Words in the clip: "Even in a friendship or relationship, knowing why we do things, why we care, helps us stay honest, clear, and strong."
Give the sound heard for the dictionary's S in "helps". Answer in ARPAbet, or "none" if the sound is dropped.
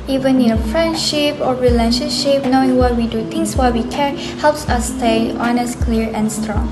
S